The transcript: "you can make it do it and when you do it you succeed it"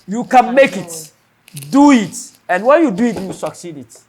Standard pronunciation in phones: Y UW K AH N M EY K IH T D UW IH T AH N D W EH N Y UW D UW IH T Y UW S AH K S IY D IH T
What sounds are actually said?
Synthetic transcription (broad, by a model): Y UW K AH N M EY K IH T D UW IH T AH N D W EH N Y UW D UW IH T Y UW S AH K S IY D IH T